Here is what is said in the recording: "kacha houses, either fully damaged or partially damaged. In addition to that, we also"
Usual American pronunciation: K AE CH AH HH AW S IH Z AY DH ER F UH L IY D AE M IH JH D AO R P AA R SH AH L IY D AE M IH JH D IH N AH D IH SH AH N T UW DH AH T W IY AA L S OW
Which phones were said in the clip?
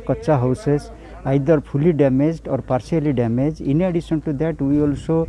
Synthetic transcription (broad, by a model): K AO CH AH HH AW S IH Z AY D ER P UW L IY D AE M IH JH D AO R P AA R S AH L IY D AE M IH JH IH N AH D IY S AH N T UW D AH T W IY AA L S OW